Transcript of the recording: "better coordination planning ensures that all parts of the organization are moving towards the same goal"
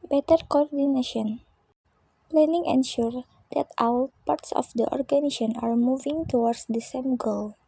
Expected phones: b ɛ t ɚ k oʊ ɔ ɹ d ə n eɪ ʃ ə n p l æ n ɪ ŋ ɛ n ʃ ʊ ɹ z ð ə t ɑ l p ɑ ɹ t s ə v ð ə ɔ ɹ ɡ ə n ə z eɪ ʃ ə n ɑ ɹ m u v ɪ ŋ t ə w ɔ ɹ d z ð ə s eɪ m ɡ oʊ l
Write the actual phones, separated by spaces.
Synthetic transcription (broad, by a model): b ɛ t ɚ k oʊ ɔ ɹ d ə n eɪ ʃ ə n p l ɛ n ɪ ŋ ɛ n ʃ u ɹ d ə t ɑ w p ɑ ɹ t s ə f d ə ɔ ɹ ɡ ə n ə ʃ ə n ɑ ɹ m u v ɪ ŋ t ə w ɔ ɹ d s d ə s eɪ m ɡ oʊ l